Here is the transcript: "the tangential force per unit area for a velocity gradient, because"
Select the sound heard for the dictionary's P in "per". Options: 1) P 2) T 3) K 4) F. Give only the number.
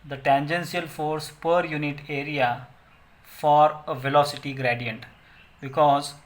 1